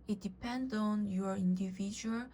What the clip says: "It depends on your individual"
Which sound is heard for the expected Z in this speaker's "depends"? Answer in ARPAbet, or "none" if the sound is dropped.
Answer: none